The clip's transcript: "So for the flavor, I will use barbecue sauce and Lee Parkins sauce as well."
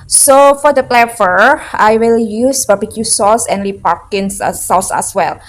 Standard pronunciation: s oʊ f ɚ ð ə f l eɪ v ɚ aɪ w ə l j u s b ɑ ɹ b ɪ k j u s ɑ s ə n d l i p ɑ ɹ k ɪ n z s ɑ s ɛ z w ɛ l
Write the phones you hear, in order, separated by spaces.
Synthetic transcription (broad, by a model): s oʊ f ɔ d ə p l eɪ f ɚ aɪ w ə l j u s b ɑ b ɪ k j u s ɑ s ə n l i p ɑ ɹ k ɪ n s s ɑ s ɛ s w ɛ l